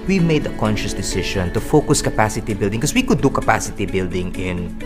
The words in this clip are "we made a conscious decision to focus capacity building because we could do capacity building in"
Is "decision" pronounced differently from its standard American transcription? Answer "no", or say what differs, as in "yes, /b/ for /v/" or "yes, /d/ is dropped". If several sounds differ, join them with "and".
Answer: yes, /ʃ/ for /ʒ/